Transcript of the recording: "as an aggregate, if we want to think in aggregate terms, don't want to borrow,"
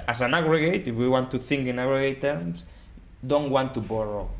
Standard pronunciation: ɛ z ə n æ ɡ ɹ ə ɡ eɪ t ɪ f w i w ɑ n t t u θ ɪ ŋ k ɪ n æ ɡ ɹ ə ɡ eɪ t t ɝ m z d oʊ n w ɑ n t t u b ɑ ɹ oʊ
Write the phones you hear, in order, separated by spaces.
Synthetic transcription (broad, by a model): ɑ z ə n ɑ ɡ ɹ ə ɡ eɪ t ɪ f w i w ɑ n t t u θ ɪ ŋ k ɪ n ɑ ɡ ɹ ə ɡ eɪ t t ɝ m s d oʊ n w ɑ n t t u b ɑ ɹ oʊ